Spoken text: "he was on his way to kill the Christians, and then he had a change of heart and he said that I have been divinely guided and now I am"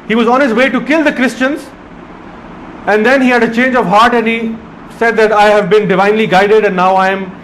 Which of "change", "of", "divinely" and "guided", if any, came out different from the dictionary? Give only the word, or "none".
none